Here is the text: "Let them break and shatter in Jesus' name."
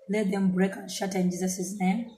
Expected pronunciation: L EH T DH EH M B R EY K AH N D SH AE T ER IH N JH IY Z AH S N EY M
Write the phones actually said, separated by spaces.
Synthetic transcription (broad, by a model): L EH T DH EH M B R EY K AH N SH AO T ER IH N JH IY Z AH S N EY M